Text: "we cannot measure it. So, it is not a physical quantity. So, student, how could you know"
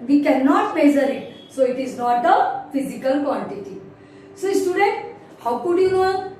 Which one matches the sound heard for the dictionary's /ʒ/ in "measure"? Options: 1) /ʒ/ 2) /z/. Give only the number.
2